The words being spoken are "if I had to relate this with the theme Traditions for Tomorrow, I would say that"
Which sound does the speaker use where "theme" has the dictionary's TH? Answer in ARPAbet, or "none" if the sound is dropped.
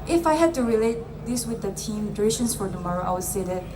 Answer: T